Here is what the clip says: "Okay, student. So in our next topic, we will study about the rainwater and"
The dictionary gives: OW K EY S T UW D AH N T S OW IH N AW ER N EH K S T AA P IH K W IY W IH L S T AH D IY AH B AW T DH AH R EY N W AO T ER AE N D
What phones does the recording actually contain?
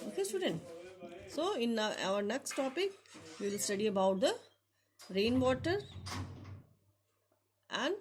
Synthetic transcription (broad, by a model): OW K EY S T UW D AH N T S OW IH N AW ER N EH K S T AA P IH K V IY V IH L S T AH D IY AH B AW T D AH R EY N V AO T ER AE N D